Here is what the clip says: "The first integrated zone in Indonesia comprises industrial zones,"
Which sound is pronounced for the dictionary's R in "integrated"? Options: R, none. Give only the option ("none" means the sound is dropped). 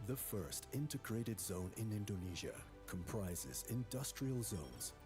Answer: R